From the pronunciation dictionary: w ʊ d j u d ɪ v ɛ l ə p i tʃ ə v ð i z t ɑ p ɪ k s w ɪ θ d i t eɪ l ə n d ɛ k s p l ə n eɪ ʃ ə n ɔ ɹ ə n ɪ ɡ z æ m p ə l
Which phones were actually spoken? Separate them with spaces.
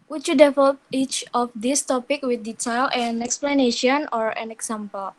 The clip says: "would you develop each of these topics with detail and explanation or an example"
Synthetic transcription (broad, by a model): w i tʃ j u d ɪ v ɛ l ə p i tʃ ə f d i s t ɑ p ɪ k w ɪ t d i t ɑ l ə n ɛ k s p l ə n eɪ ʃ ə n ɔ ɹ ə n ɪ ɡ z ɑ m p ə l